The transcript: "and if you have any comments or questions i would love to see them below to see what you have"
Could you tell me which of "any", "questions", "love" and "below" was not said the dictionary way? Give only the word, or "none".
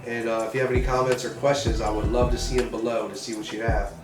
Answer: none